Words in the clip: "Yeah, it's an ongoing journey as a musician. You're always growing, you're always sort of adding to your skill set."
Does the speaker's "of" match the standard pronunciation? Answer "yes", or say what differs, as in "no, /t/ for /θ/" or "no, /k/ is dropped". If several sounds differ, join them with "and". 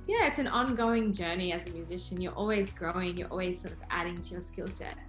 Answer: yes